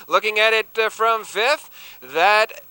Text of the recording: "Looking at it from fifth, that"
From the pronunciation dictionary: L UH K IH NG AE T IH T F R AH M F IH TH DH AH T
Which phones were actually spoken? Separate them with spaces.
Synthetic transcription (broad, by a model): L UH K IH NG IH T IH T F R AH M F IH TH DH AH T